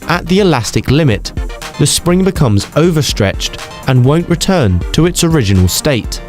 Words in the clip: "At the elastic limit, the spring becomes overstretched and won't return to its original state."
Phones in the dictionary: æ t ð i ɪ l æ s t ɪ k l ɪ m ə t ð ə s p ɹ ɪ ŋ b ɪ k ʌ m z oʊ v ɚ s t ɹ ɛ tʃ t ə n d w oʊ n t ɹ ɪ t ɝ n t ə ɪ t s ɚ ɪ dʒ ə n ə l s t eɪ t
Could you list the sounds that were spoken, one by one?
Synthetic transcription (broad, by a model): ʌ t ð i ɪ l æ s t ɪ k l ɪ m ə t ð ə s p ɹ ɪ ŋ b ɪ k ʌ m z oʊ v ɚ s t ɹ ɛ tʃ t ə n w oʊ n t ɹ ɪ t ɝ n t ə ɪ t s ɚ ɪ dʒ ə n ə l s t eɪ t